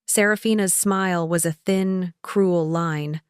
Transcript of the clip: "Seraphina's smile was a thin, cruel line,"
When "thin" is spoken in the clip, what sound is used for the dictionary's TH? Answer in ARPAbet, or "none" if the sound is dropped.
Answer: TH